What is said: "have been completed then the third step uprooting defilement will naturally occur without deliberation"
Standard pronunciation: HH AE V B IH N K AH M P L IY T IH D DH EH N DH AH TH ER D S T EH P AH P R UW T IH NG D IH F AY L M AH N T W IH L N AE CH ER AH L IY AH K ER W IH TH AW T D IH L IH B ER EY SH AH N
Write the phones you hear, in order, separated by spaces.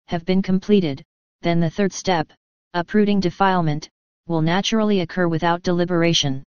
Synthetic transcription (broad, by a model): HH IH V B IH N K AH M P L IY T IH D DH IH N DH AH TH ER D S T EH P AH P R UW T IH NG D IH F AY L M AH N T W IH L N AE CH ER L IY AH K ER W IH TH AW T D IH L IH B ER EY SH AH N